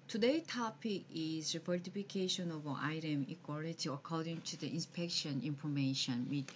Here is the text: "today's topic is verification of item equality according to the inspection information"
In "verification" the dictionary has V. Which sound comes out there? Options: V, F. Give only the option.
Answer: F